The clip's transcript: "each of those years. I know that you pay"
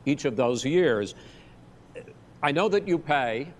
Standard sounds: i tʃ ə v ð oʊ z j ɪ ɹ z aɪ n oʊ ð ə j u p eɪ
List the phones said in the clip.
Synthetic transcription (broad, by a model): i tʃ ə v ð oʊ z j ɪ ɹ z aɪ n oʊ ð ə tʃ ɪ p eɪ